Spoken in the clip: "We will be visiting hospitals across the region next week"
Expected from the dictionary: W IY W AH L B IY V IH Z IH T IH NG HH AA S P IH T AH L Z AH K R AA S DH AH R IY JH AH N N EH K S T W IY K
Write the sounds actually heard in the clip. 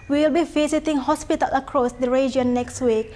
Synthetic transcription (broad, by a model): W IY W AH L B IY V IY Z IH T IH NG HH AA S P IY T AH L AH K R AA S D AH R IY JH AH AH N EH K S T W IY K